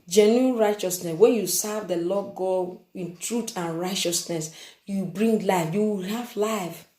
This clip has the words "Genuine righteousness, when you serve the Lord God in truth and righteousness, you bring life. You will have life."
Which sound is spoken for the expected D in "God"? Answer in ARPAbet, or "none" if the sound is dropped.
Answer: none